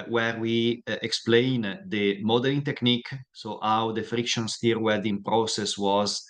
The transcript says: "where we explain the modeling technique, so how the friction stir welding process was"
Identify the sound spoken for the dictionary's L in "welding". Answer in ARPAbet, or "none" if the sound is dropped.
none